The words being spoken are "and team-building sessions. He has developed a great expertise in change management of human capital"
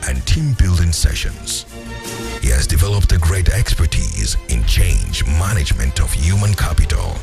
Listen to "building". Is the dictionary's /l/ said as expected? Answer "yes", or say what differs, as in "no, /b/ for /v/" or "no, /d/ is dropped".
yes